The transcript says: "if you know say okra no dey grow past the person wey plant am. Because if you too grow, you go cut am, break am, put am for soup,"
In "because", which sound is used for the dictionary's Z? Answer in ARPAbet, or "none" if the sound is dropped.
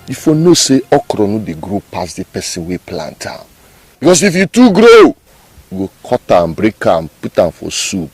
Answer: S